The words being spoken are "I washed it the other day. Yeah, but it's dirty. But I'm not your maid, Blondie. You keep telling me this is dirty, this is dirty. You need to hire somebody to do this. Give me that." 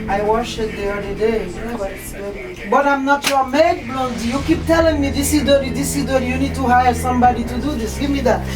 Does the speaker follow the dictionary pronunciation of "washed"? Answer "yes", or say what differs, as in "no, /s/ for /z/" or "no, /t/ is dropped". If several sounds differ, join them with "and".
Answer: no, /t/ is dropped